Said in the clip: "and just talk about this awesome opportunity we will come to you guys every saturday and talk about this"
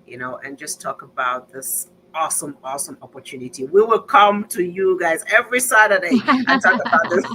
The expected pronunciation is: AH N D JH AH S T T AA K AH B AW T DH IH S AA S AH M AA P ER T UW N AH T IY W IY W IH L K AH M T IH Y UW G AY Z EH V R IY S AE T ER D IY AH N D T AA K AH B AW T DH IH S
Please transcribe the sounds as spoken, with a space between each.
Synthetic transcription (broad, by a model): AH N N JH AH S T T AA K AH B AW T DH IH S AA S AH M AA P ER T UW N AH T IY W IY W IH L K AH M T IH Y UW G AY Z EH V R IY S AE T ER D IY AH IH T AA K AH B AW T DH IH S